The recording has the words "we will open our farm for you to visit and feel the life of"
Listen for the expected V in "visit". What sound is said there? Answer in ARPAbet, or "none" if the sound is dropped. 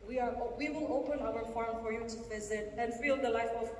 V